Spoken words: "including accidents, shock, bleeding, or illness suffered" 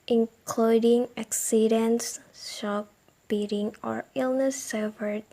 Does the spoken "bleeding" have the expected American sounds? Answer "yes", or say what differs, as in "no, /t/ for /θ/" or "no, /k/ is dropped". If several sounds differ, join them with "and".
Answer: no, /l/ is dropped